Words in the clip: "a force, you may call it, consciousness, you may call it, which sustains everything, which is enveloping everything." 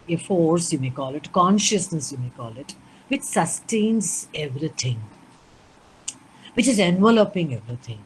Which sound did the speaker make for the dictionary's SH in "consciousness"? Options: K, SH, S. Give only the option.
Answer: SH